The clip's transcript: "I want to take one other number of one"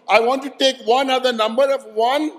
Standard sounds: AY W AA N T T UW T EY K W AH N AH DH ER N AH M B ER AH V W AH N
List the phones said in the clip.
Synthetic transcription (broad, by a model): AY W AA N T T UW T EY K W AH N AH DH ER N AH M B ER AH V W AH N